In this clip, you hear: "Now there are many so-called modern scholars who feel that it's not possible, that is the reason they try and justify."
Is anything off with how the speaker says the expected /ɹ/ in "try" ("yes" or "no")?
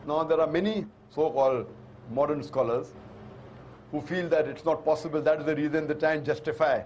yes